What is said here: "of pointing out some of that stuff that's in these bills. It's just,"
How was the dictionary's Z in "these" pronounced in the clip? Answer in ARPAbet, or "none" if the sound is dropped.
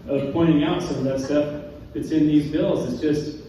Z